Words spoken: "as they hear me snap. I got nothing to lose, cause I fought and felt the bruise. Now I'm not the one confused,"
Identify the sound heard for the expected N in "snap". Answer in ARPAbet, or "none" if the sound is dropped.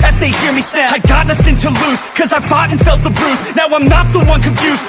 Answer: none